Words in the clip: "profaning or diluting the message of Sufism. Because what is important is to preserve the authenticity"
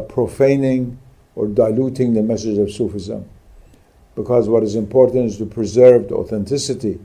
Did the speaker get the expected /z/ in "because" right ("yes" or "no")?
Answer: yes